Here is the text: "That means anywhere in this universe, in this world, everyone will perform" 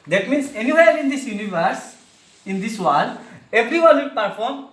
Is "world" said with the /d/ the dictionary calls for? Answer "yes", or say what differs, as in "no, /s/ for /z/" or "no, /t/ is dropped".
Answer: no, /d/ is dropped